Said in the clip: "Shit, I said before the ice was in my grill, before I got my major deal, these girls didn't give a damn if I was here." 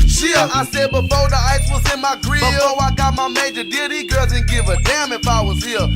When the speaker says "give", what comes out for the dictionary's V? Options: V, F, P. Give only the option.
V